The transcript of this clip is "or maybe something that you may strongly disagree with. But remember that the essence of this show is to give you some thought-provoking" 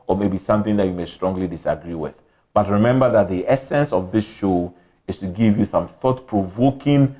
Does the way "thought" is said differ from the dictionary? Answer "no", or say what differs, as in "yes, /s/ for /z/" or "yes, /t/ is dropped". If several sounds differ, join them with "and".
no